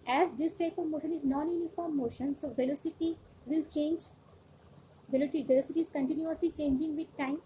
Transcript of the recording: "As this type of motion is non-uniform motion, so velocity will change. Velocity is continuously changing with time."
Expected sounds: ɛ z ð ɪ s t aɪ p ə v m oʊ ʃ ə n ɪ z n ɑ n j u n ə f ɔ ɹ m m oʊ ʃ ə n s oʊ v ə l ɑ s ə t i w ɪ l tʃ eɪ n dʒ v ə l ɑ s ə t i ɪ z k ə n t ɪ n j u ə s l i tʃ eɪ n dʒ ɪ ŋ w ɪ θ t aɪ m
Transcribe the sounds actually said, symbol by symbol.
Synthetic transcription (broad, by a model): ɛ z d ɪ s t aɪ p ə v m oʊ ʃ ə n ɪ z n ɑ n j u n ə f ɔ ɹ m m oʊ ʃ ə n s oʊ v ə l ɑ s ə t i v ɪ l tʃ eɪ n dʒ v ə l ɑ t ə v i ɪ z k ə n t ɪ n j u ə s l i tʃ eɪ n dʒ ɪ ŋ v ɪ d t aɪ m